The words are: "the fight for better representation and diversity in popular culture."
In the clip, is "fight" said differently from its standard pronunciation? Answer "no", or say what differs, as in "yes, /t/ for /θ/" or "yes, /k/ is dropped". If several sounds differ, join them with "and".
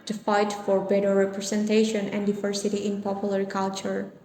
no